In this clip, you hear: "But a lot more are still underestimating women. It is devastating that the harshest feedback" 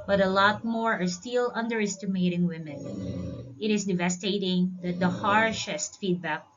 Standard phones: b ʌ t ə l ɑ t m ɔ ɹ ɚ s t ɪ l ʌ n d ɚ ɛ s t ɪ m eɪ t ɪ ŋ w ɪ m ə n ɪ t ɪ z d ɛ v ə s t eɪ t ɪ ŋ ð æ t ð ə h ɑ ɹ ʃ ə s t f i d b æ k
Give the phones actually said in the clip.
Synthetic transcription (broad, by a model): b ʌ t ə l ɑ t m ɔ ɹ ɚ s t ɪ l ʌ n d ɚ ɛ s t ɪ m eɪ t ɪ ŋ w ɪ m ə n ɪ t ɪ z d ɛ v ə s t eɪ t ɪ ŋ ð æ t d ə h ɑ ɹ ʃ ə s t f i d b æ k